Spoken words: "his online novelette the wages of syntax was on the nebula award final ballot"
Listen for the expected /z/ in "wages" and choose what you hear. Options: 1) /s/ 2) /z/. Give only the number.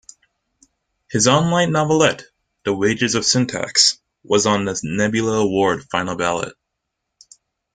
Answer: 2